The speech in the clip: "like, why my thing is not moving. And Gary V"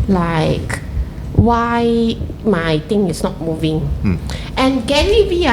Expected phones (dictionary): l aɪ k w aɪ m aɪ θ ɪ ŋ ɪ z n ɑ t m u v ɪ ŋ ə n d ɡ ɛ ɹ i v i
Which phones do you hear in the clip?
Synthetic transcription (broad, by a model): l aɪ k w aɪ m aɪ t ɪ ŋ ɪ s n ɑ t m u v ɪ ŋ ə n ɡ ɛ l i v i